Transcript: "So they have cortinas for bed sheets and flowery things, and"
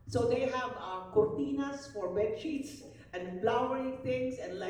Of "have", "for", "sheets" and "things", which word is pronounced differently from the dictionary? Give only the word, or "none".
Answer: things